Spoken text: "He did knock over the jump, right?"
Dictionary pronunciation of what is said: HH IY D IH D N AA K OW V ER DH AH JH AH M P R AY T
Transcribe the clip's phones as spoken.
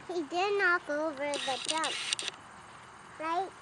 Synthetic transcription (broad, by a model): HH IY D IH D N AA K OW V ER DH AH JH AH P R AY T